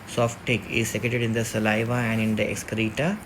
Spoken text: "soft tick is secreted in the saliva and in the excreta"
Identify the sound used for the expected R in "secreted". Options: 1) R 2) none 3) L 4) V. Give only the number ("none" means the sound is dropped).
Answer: 2